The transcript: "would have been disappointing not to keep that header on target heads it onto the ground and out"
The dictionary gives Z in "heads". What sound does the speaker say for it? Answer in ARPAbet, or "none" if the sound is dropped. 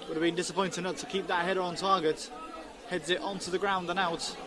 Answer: Z